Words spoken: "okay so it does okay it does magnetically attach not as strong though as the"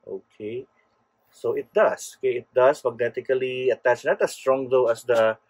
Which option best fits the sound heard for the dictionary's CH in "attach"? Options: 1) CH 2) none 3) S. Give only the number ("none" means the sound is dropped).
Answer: 1